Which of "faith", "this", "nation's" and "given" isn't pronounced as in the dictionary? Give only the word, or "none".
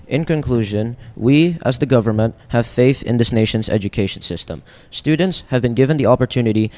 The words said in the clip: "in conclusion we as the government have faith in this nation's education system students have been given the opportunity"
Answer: none